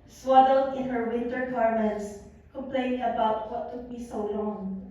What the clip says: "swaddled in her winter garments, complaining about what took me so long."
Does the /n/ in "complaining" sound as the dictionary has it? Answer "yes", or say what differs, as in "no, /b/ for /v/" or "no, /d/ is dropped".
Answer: no, /n/ is dropped